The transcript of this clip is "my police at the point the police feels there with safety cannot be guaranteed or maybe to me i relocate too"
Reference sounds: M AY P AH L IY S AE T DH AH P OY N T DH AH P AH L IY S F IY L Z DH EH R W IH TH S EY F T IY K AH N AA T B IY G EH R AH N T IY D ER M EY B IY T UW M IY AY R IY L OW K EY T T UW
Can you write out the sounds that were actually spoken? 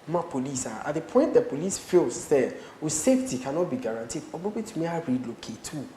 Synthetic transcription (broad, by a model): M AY P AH L IY S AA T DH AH P OY N T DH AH P AH L IY S F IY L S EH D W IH S EY F T IY K AH N AA T B IY G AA R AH N T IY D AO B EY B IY T UW M IY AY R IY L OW K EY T T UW